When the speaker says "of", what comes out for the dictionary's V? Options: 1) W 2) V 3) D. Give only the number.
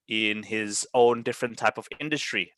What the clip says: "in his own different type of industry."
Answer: 2